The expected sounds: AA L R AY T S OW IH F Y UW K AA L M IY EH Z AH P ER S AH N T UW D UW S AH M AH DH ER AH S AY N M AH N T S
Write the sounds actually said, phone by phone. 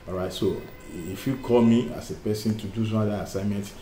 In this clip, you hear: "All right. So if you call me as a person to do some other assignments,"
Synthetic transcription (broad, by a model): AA R AY T S OW IH F Y UW K AA L M IY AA S AH P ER S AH N T UW D UW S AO AA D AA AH S AY M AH N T